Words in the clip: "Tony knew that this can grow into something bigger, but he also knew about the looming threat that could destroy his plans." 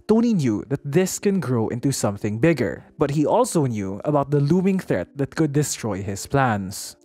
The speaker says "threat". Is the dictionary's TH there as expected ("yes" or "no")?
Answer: yes